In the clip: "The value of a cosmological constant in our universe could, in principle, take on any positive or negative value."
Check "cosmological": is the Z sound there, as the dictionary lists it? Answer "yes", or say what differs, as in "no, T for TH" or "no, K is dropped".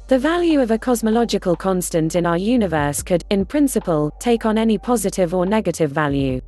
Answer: yes